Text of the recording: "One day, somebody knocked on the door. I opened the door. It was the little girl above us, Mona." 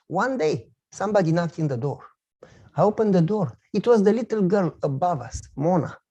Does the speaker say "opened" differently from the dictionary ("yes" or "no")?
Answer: no